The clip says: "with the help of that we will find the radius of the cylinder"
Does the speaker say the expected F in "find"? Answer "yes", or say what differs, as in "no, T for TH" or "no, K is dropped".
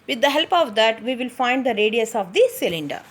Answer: yes